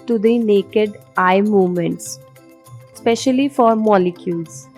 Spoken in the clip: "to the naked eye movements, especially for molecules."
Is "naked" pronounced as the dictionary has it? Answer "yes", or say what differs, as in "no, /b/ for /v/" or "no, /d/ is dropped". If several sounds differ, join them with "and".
yes